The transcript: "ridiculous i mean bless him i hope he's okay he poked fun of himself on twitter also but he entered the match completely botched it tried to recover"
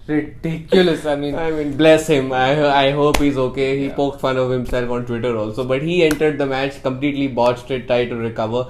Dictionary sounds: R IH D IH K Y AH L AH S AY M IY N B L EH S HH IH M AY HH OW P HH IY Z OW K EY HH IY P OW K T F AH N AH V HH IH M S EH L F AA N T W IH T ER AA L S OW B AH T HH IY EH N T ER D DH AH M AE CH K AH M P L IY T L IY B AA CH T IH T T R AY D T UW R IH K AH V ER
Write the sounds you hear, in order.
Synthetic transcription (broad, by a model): R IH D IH K Y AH L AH S AY M IY N B L EH S HH IH M AY HH OW P HH IY Z OW K EY HH IY P OW K T F AH N AH V HH IH M S EH L F AA N T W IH T ER AA L S OW B AH T HH IY EH N T ER D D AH M AE CH K AH M P L IY T L IY B AA CH T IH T T R AY D T UW R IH K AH V ER